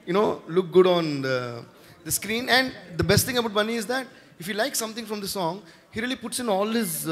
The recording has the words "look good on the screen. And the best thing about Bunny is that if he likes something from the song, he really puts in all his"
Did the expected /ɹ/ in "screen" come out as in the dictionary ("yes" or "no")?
yes